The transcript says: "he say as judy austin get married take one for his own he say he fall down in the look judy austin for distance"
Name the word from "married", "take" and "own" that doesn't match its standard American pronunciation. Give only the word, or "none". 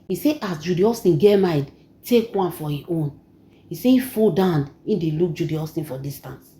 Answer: married